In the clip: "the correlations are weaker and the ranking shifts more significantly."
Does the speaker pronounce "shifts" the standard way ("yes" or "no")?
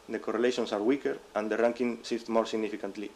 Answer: no